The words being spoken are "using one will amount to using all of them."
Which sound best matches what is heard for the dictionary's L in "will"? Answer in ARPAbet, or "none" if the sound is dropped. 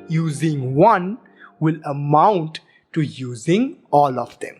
L